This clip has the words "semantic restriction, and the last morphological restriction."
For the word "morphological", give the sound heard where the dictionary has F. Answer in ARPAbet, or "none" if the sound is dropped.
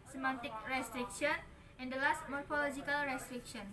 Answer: F